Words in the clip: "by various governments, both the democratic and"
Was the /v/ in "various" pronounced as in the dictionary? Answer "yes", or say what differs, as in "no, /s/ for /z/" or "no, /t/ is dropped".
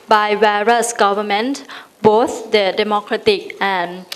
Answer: no, /w/ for /v/